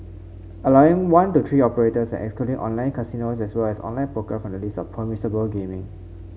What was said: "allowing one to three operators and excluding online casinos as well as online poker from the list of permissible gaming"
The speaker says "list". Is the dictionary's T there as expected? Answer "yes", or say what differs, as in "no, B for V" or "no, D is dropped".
no, T is dropped